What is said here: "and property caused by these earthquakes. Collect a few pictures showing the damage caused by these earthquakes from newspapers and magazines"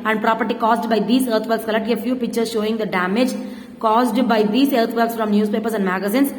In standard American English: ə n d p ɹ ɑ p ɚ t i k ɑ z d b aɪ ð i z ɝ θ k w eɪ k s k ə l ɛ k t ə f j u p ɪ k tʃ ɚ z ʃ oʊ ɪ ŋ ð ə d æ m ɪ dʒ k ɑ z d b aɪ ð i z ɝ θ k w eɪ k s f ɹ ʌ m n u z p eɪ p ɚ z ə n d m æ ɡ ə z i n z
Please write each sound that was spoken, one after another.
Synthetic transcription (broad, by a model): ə n d p ɹ ɑ p ɚ t i k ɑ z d b aɪ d i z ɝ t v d k s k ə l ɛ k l ə f j u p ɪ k tʃ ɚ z ʃ oʊ ɪ ŋ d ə d æ m ɪ dʒ k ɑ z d b aɪ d i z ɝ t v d k s f ɹ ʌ m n u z p eɪ p ɚ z ə n d m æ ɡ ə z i n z